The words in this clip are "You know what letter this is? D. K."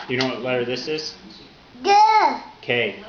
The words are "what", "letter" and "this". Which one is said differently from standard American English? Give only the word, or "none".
letter